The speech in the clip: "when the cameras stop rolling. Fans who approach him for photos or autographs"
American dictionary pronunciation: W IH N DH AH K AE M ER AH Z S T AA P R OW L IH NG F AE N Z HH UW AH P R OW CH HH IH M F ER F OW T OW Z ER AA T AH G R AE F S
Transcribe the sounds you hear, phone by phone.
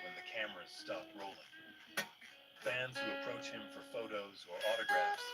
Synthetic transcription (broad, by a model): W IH N DH AH K AE M ER AH Z S T AA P R OW L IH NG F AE N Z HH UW AH P R OW CH HH IH M F ER F OW T OW Z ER AA T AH G R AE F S